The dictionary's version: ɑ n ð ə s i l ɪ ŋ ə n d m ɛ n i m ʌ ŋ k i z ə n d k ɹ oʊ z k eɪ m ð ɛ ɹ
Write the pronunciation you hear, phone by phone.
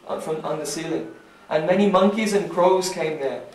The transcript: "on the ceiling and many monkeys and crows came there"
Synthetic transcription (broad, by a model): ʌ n ð ə s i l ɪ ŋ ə n m ɛ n i m ʌ ŋ k i z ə n k ɹ oʊ z k eɪ m ð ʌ ɹ